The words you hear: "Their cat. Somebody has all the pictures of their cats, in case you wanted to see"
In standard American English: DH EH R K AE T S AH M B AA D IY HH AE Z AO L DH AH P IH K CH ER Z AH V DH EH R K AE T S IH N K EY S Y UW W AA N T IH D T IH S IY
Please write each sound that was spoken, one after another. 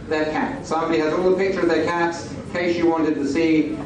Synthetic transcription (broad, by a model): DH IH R K AE T S AH M B AA D IY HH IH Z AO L P IH K CH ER AH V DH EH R K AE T S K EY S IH W AA N T IH D T IH S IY